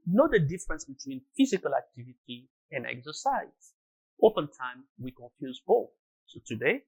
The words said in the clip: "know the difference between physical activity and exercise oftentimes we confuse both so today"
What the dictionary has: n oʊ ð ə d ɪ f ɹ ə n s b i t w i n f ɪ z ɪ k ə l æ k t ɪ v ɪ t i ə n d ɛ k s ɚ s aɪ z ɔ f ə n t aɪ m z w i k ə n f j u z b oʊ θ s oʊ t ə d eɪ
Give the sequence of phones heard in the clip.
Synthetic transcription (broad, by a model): n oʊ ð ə d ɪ f ɹ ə n s b i t w i n f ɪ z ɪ k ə l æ k t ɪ v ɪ t i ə n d ɛ k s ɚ s aɪ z ɔ p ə n t aɪ m w i k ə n f j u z b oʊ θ s oʊ t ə d eɪ